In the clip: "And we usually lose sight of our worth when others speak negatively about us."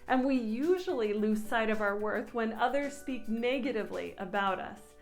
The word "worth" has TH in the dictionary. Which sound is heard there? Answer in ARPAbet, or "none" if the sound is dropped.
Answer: TH